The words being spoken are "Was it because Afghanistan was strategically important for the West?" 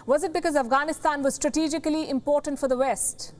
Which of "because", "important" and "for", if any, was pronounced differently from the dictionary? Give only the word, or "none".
none